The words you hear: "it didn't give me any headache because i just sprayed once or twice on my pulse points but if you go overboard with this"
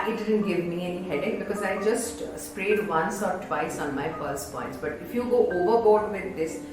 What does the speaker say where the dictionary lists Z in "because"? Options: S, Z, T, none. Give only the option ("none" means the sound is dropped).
Z